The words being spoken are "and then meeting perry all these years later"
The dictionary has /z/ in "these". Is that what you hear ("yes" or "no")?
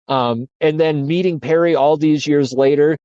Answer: yes